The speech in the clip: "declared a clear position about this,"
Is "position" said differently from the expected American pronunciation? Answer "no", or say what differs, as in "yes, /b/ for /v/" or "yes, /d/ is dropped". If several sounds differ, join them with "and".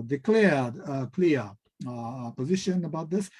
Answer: no